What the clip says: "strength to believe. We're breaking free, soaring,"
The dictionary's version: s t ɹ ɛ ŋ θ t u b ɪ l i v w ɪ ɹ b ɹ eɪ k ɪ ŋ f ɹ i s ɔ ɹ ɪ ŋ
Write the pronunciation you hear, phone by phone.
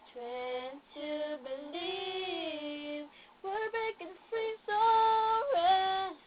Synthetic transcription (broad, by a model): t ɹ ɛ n t u b ɪ l i v w ɪ ɹ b eɪ k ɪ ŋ f ɹ i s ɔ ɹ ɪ